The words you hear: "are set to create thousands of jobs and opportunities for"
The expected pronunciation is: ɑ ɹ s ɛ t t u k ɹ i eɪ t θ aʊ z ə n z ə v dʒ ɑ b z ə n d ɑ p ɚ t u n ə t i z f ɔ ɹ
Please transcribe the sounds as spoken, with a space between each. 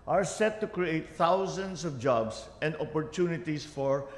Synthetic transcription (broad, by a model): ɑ ɹ s ɛ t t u k ɹ i eɪ t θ aʊ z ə n s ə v dʒ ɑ b s ə n d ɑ p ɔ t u n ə t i s f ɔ ɹ